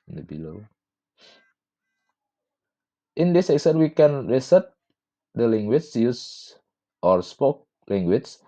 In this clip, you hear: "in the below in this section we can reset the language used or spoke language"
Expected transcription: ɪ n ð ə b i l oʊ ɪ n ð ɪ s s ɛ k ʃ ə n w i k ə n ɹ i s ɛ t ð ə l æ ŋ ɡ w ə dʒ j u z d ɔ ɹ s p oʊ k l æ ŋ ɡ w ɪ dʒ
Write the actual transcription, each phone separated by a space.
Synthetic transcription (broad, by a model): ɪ n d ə b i l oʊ ɪ n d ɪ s s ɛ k s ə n w i k ə n ɹ i s ɛ t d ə l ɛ ŋ ɡ w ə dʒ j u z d ɔ ɹ s p oʊ k l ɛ ŋ ɡ w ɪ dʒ